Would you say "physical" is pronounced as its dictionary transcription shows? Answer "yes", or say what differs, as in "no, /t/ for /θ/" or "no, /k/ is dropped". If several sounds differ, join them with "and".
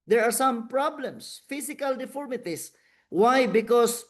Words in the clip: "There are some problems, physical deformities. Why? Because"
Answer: no, /s/ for /z/